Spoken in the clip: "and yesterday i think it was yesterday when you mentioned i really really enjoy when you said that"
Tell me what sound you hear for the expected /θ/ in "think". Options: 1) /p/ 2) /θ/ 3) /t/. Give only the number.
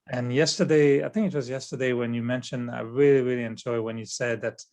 2